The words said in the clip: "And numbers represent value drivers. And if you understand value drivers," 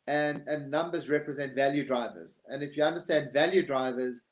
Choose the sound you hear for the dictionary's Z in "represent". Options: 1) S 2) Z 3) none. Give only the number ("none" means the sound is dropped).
2